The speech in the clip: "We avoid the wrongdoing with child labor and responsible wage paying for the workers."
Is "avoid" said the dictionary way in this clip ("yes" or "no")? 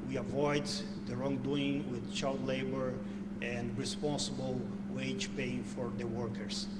yes